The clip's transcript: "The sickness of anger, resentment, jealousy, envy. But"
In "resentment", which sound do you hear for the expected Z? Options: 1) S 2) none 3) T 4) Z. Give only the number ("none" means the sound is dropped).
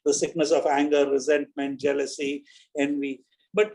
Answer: 4